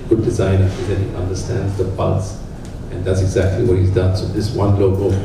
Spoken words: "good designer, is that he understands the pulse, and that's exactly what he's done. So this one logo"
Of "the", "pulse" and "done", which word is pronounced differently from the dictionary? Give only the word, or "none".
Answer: pulse